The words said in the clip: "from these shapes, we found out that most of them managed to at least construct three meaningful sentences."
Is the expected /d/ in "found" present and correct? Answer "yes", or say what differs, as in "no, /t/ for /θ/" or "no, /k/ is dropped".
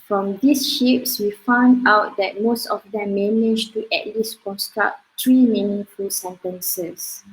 yes